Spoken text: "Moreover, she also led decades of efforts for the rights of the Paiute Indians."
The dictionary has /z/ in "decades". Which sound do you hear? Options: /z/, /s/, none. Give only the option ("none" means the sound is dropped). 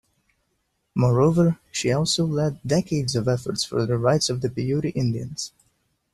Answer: /z/